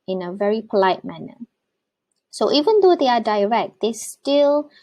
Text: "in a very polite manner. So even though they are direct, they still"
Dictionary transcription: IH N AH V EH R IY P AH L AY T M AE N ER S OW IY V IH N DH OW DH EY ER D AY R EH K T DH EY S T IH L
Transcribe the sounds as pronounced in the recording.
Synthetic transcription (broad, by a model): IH N AH V EH R IY P AH L AY T M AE N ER S OW IY V IH N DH OW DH EY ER D AY R EH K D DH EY S T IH L